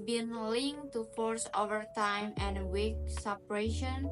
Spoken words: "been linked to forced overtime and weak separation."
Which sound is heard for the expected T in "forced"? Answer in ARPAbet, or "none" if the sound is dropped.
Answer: none